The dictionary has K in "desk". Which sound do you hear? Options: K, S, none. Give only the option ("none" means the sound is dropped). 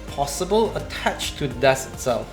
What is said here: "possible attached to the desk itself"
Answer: none